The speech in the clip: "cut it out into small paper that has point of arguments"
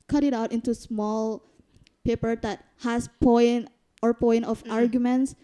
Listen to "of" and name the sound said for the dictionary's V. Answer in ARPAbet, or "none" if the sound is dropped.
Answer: P